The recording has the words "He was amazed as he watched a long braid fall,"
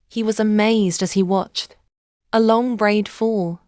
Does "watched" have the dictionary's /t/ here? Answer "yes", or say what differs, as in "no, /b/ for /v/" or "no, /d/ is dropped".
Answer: yes